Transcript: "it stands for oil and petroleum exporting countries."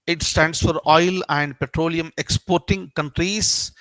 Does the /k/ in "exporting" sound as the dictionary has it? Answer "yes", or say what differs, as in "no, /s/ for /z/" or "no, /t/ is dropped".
yes